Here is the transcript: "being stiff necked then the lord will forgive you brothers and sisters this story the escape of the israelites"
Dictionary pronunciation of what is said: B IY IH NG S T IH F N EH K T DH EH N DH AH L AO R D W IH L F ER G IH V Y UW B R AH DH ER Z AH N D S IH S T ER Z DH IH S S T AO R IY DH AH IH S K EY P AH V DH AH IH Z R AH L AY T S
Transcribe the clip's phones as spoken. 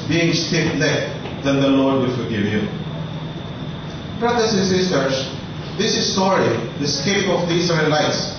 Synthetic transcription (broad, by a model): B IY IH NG S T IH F L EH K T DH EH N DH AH L AO R D W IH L F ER G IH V Y UW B R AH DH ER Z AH N S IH S T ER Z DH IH S S T AO R IY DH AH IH S K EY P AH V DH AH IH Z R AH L AY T S